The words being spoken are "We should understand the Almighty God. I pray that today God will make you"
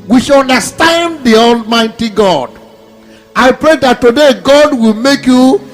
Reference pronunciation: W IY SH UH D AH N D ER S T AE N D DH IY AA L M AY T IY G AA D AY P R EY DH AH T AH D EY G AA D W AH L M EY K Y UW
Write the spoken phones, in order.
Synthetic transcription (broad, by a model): W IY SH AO N D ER S T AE N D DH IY AA L M AY T IY G AA D AY P R EY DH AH T AH D EY G AA D W AH L M EY K Y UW